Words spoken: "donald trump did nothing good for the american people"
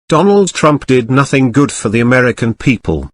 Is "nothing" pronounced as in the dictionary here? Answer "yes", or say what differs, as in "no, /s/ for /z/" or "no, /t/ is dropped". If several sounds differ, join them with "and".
yes